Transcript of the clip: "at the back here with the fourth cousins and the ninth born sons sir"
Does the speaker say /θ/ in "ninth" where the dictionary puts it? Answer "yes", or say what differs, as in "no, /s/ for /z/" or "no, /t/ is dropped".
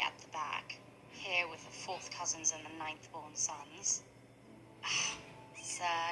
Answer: yes